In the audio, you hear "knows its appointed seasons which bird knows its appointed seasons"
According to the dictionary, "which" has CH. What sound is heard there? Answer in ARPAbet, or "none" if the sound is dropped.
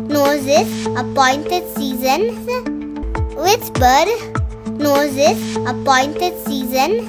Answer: S